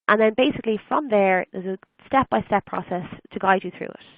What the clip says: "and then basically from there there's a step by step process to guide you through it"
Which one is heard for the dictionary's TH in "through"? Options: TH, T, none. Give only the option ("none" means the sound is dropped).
TH